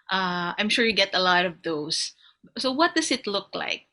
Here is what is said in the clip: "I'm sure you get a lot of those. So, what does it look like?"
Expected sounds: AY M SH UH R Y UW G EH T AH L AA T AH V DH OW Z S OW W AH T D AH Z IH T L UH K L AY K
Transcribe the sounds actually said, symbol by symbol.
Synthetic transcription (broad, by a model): AY M SH UH R Y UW G EH T AH L AA T AH V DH OW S S OW W AH T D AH S IH T L UH K L AY K